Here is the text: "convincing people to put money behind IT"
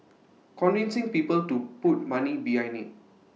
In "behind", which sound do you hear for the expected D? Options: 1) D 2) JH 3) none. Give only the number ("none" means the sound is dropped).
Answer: 3